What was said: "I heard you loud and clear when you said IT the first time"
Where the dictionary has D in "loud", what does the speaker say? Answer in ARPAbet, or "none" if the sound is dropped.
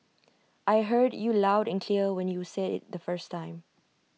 D